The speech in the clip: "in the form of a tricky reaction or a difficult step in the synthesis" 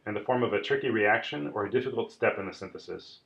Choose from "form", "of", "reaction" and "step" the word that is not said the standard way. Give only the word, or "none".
none